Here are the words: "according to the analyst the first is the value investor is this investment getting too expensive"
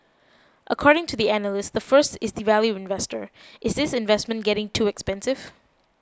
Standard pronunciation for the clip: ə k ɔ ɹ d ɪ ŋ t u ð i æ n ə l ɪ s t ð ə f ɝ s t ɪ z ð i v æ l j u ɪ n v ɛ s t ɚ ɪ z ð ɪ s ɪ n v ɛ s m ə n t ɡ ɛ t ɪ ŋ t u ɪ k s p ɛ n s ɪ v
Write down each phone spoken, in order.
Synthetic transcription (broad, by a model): ə k ɔ ɹ d ɪ ŋ t u ð i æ n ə l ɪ s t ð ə f ɝ s t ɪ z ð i v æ l j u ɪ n v ɛ s t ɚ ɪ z ð ɪ s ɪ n v ɛ s m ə n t ɡ ɛ t ɪ ŋ t u ɪ k s p ɛ n s ɪ v